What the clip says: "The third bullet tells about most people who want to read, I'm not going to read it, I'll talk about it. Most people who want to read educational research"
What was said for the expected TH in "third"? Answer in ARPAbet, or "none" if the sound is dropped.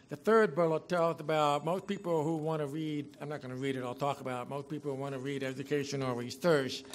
TH